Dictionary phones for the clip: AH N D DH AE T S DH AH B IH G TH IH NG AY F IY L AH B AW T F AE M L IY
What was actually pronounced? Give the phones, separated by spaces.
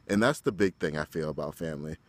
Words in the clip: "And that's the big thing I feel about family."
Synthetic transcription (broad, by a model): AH N DH AE T S DH AH B IH G TH IH NG AY F IY L AH B AW T F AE M L IY